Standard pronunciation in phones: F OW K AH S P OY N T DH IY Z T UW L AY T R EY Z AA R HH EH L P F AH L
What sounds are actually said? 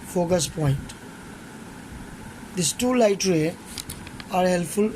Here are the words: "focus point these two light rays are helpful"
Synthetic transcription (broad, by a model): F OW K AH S P OY N T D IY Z T UW L AY T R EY AA R HH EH L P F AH L